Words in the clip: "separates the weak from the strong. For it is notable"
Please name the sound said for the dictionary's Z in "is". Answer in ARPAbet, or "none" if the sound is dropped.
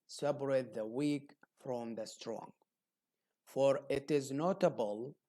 Z